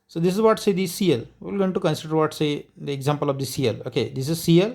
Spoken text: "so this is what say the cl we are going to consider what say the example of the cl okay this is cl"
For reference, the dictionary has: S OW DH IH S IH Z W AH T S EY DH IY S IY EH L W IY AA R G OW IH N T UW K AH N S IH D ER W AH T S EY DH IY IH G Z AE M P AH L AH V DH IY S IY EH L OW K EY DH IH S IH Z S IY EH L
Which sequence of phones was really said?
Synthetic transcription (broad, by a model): S OW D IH S IH Z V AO T S EY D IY S IY EH L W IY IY L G OW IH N T UW K AH N S IH D ER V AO T S EY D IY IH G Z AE M P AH L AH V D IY S IY EH L OW K EY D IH S IH Z S IY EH L